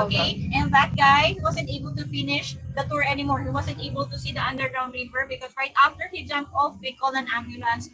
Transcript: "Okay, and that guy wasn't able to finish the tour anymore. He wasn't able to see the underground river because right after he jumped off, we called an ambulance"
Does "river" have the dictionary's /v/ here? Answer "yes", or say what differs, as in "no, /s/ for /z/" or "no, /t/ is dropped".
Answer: no, /b/ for /v/